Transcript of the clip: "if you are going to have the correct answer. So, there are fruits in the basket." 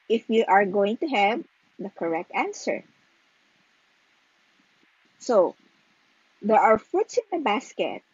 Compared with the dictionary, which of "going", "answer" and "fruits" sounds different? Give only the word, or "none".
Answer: fruits